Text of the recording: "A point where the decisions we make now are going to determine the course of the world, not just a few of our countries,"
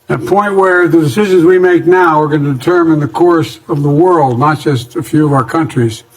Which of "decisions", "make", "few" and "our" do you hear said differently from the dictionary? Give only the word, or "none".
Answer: none